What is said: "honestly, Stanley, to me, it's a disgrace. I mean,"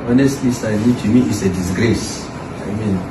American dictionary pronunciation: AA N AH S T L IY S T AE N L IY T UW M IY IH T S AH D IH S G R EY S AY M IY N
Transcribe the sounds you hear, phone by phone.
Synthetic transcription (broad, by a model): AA N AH S T L IY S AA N IY T UW M IY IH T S AH D IH S G R EY S AY M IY N